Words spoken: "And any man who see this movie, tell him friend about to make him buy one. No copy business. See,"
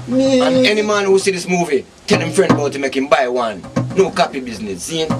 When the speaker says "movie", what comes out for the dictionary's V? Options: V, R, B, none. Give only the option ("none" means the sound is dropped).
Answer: V